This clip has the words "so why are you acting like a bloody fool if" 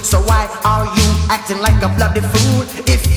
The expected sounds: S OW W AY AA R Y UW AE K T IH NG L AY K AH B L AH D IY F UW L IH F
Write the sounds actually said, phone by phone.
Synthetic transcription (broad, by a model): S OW W AY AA L Y UW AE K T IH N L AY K AH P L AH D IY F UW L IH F